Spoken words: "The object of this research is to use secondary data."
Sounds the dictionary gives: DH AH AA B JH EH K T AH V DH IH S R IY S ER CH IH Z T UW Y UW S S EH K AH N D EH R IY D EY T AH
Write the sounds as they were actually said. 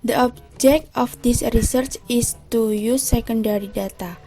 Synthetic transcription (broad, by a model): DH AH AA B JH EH K T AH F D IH S R IY S ER CH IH S T UW Y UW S S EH K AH N D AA R IY D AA T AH